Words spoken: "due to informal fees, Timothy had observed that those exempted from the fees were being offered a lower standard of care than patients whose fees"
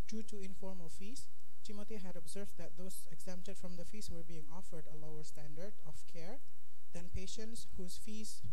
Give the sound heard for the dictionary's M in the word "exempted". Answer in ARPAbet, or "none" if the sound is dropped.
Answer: M